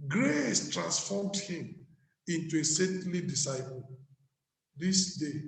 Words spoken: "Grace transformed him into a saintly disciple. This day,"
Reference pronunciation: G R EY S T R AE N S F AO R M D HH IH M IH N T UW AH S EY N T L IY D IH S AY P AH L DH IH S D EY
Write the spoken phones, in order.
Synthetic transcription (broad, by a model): G R EY S T R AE N S F AO M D HH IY M IH N T UW AH S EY T L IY D IH S AY P AH L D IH S D EY